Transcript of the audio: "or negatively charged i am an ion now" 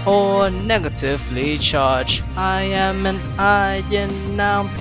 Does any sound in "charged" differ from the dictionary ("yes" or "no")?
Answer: yes